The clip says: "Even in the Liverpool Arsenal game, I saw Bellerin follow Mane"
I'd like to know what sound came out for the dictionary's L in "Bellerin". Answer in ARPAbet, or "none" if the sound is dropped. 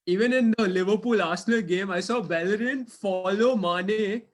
L